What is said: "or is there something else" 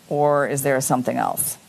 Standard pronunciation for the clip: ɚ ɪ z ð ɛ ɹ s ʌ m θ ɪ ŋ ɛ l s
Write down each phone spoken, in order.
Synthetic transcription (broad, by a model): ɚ ɪ z ð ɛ ɹ s ʌ m θ ɪ ŋ ɛ l s